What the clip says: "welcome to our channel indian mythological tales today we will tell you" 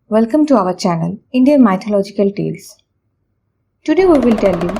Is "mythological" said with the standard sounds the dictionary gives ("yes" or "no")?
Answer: no